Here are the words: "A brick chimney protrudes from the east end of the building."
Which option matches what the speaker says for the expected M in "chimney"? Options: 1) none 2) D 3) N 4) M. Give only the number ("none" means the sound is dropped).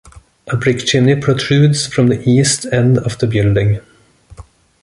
1